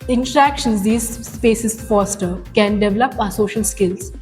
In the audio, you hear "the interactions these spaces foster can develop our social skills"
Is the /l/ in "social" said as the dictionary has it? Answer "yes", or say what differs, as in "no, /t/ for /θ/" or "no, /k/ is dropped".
yes